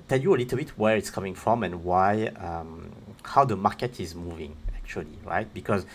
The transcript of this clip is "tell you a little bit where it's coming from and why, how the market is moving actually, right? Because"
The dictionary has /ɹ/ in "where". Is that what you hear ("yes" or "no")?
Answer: yes